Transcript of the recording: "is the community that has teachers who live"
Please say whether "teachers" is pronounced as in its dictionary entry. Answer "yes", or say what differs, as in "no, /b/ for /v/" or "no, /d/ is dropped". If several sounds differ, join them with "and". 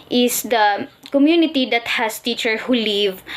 no, /z/ is dropped